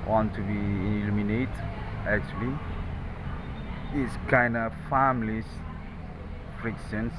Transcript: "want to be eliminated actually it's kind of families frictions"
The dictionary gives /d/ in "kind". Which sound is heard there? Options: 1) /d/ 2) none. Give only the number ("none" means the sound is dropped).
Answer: 1